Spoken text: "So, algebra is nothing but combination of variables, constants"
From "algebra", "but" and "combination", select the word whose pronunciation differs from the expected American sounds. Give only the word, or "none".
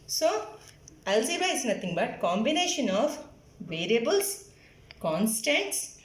algebra